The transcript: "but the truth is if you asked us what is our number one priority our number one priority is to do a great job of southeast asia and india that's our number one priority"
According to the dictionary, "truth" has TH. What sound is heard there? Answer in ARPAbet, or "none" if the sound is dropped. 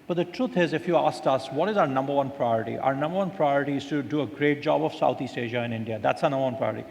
T